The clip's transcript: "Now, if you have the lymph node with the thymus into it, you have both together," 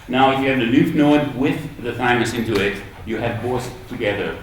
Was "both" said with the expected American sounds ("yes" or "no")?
no